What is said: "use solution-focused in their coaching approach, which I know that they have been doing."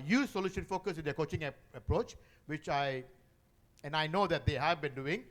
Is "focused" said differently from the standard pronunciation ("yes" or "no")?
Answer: yes